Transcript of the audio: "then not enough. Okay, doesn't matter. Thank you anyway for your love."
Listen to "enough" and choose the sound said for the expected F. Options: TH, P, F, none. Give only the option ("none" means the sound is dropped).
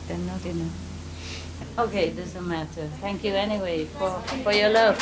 none